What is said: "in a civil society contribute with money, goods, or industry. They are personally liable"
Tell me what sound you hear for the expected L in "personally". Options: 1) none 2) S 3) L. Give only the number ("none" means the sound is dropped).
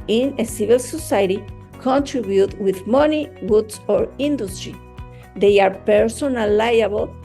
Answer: 1